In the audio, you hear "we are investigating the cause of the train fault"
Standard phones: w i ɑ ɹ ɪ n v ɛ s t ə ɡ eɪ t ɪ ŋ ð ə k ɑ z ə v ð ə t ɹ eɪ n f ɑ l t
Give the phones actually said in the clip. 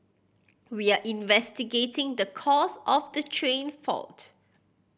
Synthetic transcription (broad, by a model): w i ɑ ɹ ɪ n v ɛ s t ə ɡ eɪ t ɪ ŋ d ə k ɑ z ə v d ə t ɹ eɪ n f ɑ l t